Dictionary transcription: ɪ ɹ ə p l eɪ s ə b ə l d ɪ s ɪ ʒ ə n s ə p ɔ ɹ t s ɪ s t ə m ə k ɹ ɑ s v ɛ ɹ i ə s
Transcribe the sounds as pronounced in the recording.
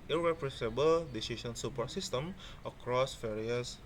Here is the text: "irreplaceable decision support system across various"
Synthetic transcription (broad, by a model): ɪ ɹ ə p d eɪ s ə b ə l d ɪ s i s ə n s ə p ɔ s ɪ s t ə m ə k ɹ ɑ s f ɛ ɹ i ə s